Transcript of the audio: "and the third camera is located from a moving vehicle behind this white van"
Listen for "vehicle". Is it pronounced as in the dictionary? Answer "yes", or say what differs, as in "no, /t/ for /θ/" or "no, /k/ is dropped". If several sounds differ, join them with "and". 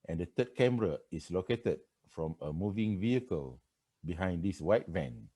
yes